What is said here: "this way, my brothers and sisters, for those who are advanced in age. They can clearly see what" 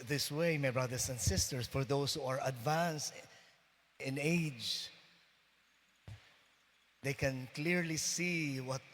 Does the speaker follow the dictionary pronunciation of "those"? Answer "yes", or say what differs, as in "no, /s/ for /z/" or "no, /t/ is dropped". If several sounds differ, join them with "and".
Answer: no, /s/ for /z/